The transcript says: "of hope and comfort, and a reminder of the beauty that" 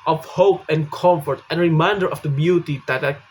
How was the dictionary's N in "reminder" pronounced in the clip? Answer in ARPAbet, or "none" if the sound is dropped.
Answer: N